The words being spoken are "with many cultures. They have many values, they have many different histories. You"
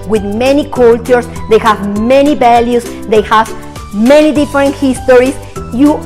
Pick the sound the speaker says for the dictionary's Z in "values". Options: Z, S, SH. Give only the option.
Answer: S